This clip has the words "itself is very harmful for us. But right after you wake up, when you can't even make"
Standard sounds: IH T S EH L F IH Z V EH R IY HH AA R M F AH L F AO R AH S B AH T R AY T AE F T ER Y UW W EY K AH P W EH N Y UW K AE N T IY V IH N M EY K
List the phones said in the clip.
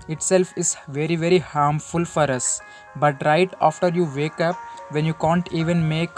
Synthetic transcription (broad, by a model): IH T S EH L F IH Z V EH R IY HH AA R M F AH L F AO R AH S B AH T R AY T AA F T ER Y UW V EY K AH P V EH N Y UW K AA N T IY V IH N M EY K